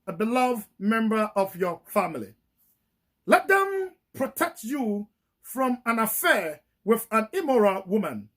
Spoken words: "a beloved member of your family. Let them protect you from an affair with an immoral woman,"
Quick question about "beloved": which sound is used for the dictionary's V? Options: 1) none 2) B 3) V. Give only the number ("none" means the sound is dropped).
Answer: 3